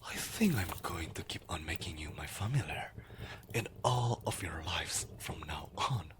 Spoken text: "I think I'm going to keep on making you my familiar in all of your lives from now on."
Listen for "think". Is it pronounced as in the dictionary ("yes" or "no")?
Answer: yes